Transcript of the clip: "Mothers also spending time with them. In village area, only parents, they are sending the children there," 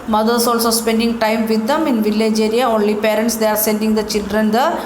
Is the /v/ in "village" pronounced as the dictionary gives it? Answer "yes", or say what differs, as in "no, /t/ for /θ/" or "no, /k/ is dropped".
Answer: yes